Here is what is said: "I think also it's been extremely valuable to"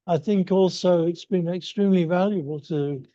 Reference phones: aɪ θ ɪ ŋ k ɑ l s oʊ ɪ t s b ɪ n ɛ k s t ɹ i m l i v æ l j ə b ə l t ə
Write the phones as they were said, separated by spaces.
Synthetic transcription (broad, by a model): aɪ θ ɪ ŋ k ɑ l s oʊ ɪ t s b ɪ n ɛ k s t ɹ i m l i v æ l j ə b ə l t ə